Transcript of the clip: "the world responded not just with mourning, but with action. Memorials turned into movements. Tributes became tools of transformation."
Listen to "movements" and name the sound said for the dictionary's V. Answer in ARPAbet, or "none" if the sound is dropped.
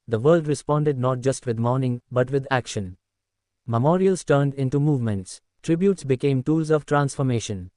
V